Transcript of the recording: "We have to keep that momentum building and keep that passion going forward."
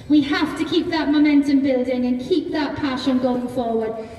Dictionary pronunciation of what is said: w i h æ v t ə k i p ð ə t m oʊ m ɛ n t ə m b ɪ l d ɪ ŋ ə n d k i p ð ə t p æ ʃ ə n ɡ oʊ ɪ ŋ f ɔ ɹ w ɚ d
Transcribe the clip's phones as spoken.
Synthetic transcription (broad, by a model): w i h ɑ f t ə k i p ð ə t m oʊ m ɛ n t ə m b ɪ l d ɪ ŋ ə n k i p ð ə t p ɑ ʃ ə n ɡ oʊ ɪ ŋ f ɔ w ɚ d